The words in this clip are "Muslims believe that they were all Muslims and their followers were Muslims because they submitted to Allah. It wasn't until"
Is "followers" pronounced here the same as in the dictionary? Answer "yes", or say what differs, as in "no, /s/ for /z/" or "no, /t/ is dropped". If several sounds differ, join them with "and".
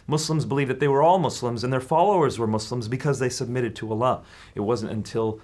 yes